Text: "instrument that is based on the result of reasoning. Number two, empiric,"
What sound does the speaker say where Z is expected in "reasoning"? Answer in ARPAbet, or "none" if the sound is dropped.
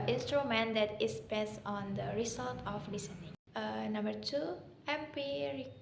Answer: S